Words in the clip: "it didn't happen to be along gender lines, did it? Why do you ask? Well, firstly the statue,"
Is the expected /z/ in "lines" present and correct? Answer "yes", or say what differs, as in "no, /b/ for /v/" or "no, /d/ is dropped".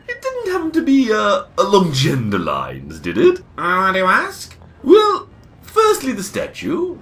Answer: yes